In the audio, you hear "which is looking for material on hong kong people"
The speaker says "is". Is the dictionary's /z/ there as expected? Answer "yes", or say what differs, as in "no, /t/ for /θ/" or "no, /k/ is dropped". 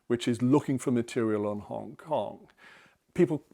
yes